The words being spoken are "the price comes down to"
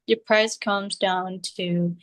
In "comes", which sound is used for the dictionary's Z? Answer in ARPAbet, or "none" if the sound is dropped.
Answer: Z